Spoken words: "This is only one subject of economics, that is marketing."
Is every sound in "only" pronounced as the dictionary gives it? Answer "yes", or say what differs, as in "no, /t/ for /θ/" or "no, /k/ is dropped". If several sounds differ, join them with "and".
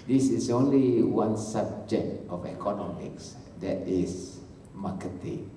yes